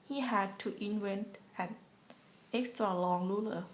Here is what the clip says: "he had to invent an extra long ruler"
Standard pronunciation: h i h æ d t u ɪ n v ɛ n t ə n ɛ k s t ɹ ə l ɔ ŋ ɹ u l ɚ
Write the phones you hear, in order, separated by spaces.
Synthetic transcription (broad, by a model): h i h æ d t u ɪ n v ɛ n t ə n ɛ k s t ɹ ə l ɔ ŋ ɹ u l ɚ